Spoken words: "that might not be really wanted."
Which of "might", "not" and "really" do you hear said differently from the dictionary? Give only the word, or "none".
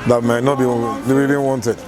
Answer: really